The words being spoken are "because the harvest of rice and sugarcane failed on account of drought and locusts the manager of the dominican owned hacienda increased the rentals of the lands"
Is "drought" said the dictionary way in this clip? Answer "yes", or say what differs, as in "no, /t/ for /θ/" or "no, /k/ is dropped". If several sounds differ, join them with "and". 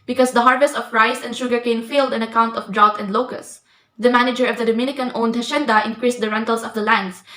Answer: yes